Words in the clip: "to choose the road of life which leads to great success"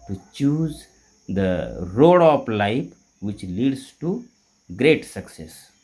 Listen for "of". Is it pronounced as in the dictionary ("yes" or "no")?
no